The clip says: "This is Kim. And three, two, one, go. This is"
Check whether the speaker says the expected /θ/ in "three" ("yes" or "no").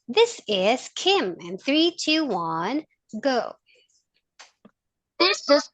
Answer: yes